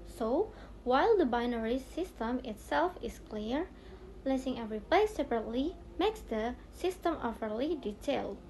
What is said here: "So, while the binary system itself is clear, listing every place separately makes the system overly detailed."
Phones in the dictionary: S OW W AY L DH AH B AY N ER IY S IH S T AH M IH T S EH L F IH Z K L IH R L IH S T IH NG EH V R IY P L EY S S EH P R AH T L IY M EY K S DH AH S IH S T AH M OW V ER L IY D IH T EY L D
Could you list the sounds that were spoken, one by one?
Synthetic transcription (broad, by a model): S OW W AY L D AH B AY N ER IY S IH S T AH M IH T S EH L F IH S K L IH R L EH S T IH NG EH V R IY P L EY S S EH P R AH T L IY M EY K S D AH S IH S T AH M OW F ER L IY D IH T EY L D